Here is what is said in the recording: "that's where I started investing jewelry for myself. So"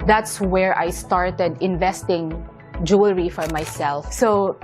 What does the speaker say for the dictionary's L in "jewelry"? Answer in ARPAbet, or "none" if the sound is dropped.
L